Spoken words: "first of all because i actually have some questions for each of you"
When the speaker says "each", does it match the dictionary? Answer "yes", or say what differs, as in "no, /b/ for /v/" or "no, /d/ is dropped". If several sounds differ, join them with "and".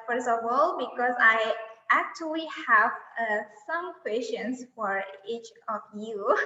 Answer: yes